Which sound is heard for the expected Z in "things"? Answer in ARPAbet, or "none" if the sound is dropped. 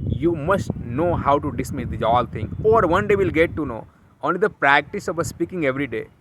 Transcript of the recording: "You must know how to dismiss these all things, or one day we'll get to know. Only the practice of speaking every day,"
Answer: none